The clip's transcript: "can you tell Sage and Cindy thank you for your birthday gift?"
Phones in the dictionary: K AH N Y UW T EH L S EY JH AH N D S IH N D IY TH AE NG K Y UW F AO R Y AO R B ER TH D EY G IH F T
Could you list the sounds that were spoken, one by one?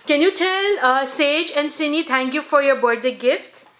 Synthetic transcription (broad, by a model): K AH N Y UW T EH L S EY JH AH N D S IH N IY T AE NG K Y UW F AO R Y AO R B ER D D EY G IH F T